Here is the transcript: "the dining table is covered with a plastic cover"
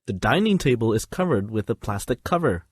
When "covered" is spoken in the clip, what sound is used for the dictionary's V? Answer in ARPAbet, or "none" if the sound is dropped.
V